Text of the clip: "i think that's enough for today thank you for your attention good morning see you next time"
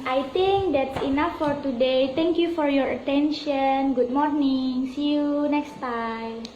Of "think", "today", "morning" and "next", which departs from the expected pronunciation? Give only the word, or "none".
think